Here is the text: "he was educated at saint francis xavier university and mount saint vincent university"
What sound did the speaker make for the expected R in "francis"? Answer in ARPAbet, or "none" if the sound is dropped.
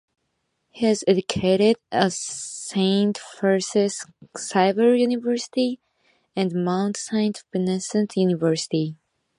none